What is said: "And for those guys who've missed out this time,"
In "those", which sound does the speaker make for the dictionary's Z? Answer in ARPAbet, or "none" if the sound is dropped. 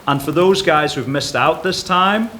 Z